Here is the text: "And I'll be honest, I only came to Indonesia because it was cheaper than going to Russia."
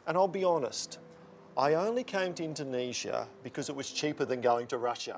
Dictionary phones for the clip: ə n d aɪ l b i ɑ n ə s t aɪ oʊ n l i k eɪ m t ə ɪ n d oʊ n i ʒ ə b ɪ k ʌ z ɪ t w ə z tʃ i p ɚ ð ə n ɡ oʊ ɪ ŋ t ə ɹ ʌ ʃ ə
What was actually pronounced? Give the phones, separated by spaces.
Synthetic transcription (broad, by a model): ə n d aɪ l b i ɑ n ə s t aɪ oʊ n l i k eɪ m t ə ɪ n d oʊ n i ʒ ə b ɪ k ʌ z ɪ t w ə z tʃ i p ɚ ð ə n ɡ oʊ ɪ ŋ t ə ɹ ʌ ʃ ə